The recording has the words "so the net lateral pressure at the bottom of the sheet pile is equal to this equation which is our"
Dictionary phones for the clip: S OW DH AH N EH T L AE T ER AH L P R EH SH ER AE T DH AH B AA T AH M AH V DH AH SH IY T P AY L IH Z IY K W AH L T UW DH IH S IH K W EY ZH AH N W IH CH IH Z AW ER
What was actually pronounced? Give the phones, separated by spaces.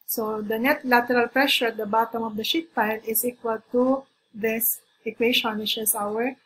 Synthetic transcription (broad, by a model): S OW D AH N EH T L AE T ER AH L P R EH SH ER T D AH B AA T AH M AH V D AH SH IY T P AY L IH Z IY K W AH L T UW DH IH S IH K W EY SH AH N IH SH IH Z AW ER